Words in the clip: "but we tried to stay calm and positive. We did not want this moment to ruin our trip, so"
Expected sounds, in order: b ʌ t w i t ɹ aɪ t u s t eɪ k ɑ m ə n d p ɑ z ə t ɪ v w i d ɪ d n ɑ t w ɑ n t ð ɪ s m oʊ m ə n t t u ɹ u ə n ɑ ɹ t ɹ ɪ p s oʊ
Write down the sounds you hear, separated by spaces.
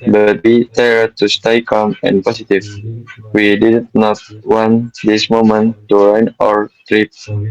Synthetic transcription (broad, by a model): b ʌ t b i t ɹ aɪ t u s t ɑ k ɑ m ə n p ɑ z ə t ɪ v w i d ɪ d n ɑ t w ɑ n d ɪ s m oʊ m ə n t t u ɹ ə n ɑ ɹ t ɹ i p